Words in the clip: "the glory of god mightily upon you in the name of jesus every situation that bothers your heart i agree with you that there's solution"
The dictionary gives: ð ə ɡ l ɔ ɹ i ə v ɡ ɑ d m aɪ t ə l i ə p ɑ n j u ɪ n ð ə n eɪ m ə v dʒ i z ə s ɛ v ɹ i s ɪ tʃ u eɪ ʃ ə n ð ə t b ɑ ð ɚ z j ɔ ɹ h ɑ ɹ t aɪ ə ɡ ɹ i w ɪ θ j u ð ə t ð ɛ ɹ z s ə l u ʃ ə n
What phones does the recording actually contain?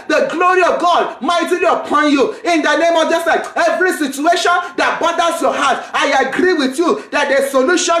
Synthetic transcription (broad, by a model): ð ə ɡ l ɔ ɹ i ə v ɡ ɑ d m aɪ t ə l i ə p ɑ n j u ɪ n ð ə n eɪ m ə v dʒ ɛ s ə ɛ v ɹ i s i tʃ u eɪ ʃ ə n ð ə t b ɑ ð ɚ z j ɔ h ɑ t aɪ ə ɡ ɹ i w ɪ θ j u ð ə t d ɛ s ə l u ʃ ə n